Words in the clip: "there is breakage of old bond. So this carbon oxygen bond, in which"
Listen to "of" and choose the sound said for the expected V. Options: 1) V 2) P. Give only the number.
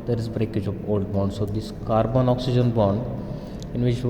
2